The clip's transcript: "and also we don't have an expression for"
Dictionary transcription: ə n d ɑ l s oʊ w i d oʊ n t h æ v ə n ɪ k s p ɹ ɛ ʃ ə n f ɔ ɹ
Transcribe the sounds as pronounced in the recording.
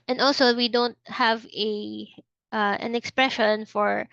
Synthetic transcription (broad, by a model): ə n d ɑ l s oʊ w i d oʊ n t h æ v ə n ɪ k s p ɹ ɛ ʃ ə n f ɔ ɹ